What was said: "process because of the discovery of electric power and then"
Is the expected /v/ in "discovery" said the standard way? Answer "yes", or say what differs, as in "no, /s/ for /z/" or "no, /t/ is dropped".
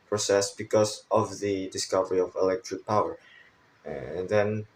yes